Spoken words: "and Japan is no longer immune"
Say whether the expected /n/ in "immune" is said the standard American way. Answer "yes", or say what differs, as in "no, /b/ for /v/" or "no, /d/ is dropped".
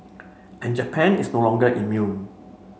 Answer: yes